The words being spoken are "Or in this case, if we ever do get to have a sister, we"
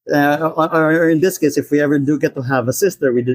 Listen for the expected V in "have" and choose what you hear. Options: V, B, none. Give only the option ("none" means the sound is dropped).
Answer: V